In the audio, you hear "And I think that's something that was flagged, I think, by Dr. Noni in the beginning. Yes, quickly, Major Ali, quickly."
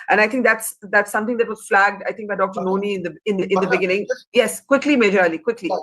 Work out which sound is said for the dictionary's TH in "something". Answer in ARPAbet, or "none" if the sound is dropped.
T